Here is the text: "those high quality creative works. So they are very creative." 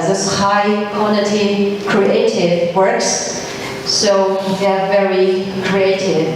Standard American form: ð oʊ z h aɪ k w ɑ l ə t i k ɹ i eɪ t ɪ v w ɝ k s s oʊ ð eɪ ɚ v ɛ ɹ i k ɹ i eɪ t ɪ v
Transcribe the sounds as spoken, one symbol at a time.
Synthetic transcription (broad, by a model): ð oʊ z h aɪ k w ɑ n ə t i k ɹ i eɪ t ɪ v w ɝ k s s oʊ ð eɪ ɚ v ɛ ɹ i k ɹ i eɪ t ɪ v